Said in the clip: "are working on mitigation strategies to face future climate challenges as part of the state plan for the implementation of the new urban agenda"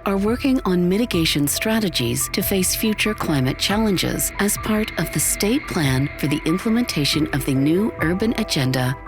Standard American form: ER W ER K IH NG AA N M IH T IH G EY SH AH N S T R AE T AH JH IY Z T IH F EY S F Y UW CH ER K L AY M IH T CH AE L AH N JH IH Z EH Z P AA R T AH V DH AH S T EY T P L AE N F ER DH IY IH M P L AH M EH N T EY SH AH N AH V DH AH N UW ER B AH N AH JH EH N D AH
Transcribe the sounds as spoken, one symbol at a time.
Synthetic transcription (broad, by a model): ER W ER K IH NG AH N M IH T IH G EY SH AH N S T R AE T AH JH IY Z T IH F EY S F Y UW CH ER K L AY M IH T CH AE L AH N JH IH Z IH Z P AA R T AH V DH AH S T EY T P L AE N F ER DH IY IH M P L AH M EH N T EY SH AH N AH V DH AH N UW ER B AH N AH JH EH N D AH